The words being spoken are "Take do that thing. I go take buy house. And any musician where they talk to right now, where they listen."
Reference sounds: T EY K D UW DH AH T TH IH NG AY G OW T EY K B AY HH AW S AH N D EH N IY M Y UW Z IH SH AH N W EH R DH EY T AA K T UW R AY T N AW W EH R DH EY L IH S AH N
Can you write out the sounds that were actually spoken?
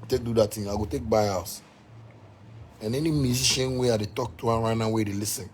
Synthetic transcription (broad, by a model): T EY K D UW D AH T T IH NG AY G OW T EY K B AY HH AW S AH N EH N IY M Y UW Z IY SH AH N W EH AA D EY T AA K T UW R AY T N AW W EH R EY L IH S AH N